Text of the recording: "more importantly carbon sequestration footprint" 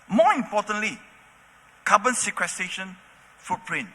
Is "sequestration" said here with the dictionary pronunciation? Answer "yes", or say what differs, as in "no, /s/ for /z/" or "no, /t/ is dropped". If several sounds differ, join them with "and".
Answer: no, /ɹ/ is dropped